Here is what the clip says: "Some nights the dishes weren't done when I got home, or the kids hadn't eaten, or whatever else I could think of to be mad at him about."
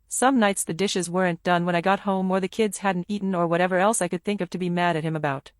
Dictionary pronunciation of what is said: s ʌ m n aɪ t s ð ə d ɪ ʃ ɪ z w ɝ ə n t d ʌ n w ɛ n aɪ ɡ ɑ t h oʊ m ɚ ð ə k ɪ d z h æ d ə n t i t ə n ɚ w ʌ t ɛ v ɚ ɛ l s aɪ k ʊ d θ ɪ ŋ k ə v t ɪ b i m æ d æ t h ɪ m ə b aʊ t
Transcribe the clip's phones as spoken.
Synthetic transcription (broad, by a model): s ʌ m n aɪ t s ð ə d ɪ ʃ ɪ z w ɝ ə n d ʌ n w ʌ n aɪ ɡ ɑ t h oʊ m ɚ ð ə k ɪ d z h æ d n t i t n ɚ w ʌ t ɛ v ɚ ɛ l s aɪ k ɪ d θ ɪ ŋ k ə v t ɪ b i m æ d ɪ t h ɪ m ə b aʊ t